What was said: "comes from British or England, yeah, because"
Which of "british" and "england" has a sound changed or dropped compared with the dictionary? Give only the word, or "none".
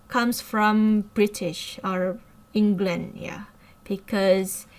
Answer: none